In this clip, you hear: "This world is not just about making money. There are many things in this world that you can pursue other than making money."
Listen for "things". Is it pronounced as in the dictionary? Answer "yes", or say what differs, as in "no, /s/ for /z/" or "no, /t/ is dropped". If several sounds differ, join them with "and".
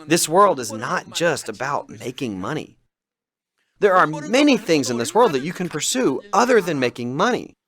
yes